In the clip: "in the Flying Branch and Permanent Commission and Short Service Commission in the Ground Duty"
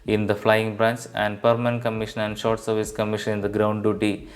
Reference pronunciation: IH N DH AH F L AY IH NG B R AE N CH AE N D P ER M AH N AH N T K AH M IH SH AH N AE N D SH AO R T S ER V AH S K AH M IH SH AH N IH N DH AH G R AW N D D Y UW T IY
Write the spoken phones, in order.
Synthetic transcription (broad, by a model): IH N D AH F L AY IH NG B R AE N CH AE N D P ER M AH N AH N T K AH M IH SH AH N AE N D SH AO R T S ER V AH S K AH M IH SH AH N IH N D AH G R AW N D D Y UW T IY